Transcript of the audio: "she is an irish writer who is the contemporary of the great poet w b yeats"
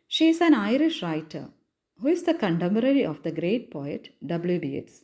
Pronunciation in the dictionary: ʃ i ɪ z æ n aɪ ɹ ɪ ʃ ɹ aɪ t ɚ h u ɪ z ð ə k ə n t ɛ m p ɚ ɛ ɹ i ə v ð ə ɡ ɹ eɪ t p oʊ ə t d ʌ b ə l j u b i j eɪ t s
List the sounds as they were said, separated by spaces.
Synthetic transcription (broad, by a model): ʃ i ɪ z æ n aɪ ɹ ɪ ʃ ɹ aɪ t ɚ h u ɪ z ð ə k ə n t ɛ m b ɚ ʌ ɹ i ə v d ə ɡ ɹ eɪ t p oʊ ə t d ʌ b l j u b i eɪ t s